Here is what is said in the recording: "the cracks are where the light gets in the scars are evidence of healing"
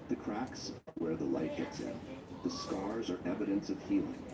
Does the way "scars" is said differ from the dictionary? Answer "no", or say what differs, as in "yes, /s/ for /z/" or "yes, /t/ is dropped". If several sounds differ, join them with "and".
no